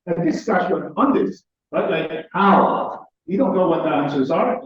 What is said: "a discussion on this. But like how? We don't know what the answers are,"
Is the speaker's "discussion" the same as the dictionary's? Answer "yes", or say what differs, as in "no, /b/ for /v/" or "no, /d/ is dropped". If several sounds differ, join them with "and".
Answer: no, /k/ is dropped and /n/ is dropped